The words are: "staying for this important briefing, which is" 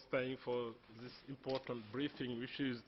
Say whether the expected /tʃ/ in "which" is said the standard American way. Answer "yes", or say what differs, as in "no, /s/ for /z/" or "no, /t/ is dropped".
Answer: no, /ʃ/ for /tʃ/